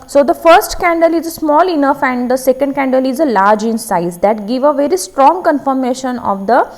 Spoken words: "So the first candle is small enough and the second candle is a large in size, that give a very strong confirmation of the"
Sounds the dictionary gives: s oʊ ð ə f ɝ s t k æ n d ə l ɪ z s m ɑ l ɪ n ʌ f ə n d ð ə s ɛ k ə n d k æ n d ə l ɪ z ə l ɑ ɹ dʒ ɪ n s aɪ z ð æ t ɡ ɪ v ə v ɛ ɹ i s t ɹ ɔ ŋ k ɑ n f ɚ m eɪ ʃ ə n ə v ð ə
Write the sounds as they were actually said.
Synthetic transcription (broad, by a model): s oʊ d ə f ɝ s t k æ n d ə l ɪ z s m ɑ l ɪ n ʌ f ə n d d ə s ɛ k ə n d k æ n d ə l ɪ z ə l ɑ ɹ dʒ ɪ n s aɪ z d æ t ɡ ɪ v ə v ɛ ɹ i s t ɹ ɔ ŋ k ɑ n f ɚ m eɪ ʃ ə n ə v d ə